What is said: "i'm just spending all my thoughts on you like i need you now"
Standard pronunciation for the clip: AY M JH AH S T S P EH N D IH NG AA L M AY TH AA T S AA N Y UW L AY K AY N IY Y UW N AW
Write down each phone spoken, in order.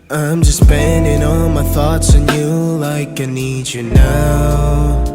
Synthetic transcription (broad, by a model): AY M JH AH S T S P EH N D IH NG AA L M AY TH AA T S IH N Y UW L AY K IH N IY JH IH N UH